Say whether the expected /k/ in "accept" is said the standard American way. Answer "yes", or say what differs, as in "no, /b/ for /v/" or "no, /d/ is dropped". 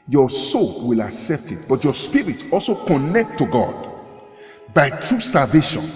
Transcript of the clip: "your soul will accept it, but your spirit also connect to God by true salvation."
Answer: yes